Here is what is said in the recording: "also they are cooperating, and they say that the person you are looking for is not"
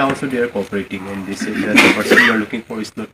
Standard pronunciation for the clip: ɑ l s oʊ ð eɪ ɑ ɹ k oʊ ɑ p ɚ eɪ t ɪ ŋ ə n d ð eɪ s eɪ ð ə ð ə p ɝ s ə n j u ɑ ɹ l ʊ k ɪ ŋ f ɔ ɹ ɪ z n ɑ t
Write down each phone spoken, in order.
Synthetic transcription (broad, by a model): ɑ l s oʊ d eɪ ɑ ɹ k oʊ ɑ p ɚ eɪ t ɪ ŋ ə n d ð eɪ s eɪ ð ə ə p ɝ s ə n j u ɑ ɹ l ʊ k ɪ ŋ p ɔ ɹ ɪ s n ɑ